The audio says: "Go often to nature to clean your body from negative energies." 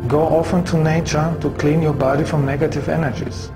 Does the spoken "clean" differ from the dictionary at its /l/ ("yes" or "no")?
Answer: no